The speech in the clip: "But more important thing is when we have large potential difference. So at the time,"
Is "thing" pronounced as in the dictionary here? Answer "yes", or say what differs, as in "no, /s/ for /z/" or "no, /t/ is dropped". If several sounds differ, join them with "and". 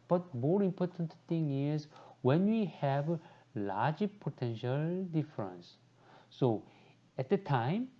no, /t/ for /θ/